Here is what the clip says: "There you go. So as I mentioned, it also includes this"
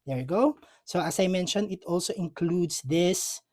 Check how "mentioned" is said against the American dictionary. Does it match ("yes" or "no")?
no